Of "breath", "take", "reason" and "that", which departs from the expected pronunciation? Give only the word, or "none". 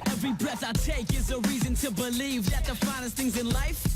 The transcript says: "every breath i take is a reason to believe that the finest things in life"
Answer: none